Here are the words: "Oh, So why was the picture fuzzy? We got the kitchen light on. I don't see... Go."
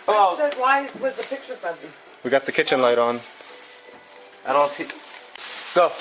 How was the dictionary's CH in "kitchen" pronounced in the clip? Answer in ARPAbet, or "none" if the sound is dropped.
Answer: CH